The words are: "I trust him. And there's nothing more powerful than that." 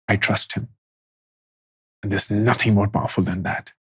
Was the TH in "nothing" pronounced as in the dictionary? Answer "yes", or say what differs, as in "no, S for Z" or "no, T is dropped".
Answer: yes